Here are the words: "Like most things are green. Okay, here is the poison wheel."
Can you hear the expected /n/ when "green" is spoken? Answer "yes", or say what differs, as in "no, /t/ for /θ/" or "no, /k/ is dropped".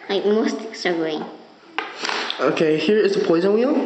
no, /n/ is dropped